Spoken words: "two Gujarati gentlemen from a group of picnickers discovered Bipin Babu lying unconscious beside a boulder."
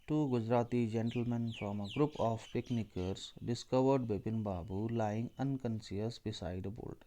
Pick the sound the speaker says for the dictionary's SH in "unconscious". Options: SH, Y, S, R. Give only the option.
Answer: S